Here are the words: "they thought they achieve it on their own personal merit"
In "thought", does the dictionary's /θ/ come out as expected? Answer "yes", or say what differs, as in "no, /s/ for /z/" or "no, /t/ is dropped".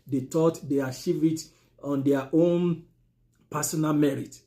no, /t/ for /θ/